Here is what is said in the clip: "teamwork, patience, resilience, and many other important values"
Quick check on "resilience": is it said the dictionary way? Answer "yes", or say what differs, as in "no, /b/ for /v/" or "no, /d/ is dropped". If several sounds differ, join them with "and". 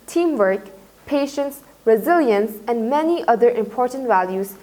yes